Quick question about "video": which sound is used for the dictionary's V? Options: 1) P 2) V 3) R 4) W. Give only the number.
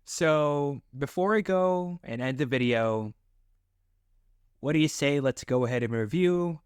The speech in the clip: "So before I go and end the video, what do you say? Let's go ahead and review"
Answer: 2